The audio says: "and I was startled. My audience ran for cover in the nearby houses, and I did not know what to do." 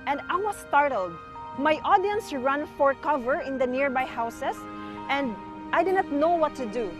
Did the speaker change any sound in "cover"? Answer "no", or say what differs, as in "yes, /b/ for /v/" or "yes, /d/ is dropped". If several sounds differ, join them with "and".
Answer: no